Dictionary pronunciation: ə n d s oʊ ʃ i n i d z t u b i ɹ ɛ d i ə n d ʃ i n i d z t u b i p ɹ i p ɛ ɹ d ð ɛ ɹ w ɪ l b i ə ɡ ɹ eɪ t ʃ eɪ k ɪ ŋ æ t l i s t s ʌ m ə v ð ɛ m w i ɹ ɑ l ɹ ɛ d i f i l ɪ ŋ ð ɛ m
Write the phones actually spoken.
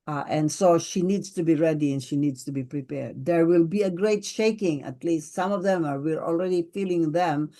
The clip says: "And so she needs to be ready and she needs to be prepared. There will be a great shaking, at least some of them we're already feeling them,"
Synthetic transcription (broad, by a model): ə n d s oʊ ʃ i n i d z t u b i ɹ ɛ d i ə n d ʃ i n i d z t u b i p ɹ i p ɛ ɹ d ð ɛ ɹ w ɪ l b i ə ɡ ɹ eɪ t ʃ eɪ k ɪ ŋ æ t l i s t s ʌ m ə v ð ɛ m w i ɹ ɑ l ɹ ɛ d i f i l ɪ ŋ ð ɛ m